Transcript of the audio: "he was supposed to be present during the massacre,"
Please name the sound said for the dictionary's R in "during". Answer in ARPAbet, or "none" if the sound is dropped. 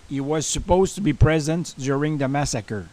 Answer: R